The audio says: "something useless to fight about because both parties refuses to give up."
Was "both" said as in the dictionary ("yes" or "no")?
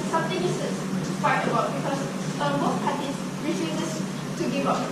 no